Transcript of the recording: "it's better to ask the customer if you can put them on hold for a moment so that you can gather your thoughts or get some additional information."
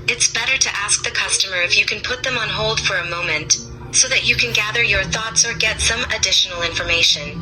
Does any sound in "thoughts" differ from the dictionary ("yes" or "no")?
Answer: no